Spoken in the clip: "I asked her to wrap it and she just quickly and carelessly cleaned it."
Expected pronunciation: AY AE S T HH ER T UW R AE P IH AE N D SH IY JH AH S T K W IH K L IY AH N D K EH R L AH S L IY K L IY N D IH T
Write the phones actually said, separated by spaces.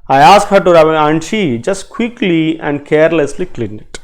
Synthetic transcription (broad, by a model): AY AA S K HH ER T UW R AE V IH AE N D SH IY JH AH S T K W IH K L IY AH N D K EH R L AH S L IY K L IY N IH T